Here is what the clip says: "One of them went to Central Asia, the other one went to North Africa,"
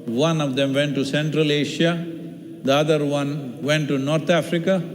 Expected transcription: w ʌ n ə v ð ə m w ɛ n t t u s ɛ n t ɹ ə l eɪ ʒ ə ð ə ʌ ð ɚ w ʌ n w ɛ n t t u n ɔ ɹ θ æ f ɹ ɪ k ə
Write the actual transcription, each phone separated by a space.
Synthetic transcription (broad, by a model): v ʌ n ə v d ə m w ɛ n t t u s ɛ n t ɹ ə l eɪ ʃ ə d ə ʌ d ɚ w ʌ n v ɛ n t t u n ɔ ɹ t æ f ɹ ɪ k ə